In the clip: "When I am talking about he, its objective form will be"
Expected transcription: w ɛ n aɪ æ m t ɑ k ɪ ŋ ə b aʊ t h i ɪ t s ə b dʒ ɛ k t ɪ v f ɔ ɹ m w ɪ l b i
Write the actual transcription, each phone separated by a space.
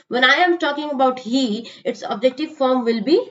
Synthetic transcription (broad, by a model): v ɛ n aɪ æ m t ɑ k ɪ ŋ ə b aʊ t h i ɪ t s ə b dʒ ɛ k t ɪ v f ɔ ɹ m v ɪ l b i